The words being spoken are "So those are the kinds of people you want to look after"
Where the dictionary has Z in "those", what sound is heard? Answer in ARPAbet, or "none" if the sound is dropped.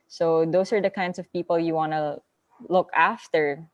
S